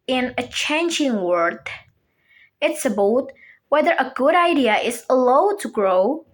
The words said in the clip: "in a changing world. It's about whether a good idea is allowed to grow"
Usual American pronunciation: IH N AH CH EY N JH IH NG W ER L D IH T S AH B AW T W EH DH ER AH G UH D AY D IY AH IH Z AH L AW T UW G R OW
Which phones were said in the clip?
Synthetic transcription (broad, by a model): IH N AH CH EY N JH IH NG W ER D IH T S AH B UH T W EH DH ER AH G UH D AY D IY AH IH Z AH L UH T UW G R OW